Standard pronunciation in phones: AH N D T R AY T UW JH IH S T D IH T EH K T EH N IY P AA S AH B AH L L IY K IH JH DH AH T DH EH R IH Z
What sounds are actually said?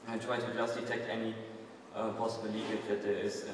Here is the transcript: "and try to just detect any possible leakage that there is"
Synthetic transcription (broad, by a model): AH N T R AY T UW JH IH S T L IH T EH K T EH N IY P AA S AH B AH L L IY IH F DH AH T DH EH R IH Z